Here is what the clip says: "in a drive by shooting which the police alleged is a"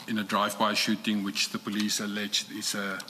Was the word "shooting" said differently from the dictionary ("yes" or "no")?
no